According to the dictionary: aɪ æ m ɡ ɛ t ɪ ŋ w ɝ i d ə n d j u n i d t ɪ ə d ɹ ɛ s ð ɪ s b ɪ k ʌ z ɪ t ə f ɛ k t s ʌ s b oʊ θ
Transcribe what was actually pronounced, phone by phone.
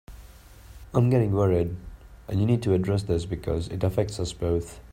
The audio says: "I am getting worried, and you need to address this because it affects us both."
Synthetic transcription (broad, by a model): aɪ m ɡ ɛ t ɪ ŋ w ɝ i d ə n j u n i d t ɪ ə d ɹ ɛ s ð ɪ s b ɪ k ʌ z ɪ t ə f ɛ k t s ʌ s b oʊ θ